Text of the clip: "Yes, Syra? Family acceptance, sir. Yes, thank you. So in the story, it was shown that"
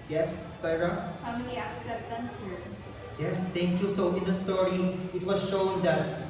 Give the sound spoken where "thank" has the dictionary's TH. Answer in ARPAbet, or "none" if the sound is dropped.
T